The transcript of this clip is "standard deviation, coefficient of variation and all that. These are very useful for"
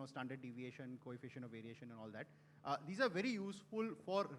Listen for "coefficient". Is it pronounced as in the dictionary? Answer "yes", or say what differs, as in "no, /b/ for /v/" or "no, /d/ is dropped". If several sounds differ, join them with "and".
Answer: no, /t/ is dropped